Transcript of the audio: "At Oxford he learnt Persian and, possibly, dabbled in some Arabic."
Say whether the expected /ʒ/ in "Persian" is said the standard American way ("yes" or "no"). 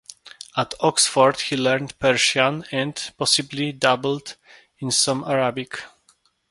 no